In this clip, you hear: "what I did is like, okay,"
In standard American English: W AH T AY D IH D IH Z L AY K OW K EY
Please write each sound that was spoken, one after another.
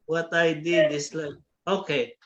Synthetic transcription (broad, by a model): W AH T AY D IH D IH S L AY OW K EY